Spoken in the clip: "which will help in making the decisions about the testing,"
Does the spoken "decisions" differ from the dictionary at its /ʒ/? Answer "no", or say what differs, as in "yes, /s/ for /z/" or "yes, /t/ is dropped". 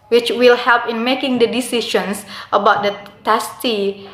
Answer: yes, /ʃ/ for /ʒ/